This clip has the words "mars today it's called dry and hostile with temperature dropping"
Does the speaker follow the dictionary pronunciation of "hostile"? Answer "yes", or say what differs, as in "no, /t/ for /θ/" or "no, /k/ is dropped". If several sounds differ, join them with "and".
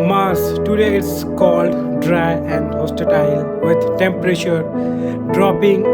no, /s/ is dropped